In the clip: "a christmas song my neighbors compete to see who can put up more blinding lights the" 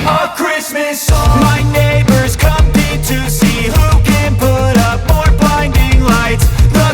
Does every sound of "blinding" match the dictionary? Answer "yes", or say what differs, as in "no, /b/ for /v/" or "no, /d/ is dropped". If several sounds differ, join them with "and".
no, /l/ is dropped